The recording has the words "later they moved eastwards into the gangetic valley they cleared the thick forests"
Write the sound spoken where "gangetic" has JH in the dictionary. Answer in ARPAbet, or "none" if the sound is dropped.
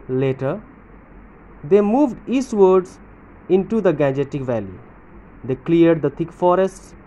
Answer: JH